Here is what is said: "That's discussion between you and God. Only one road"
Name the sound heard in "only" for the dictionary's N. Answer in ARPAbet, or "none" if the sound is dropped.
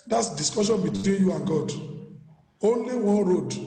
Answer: N